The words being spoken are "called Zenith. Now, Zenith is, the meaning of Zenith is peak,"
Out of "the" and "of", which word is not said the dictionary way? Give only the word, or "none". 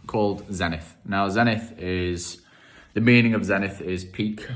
none